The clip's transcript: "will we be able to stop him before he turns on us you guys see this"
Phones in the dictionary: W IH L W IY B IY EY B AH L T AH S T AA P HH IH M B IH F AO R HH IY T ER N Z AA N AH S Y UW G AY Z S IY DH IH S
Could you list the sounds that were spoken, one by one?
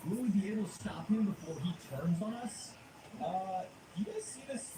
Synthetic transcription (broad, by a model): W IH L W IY B IY EY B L S T AA P HH IH M B IH F AO R IY T ER N Z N AH S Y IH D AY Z S IY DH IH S